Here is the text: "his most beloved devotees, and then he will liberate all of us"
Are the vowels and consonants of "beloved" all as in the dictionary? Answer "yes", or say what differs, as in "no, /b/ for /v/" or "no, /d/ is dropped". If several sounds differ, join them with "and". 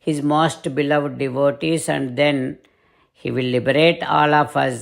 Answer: yes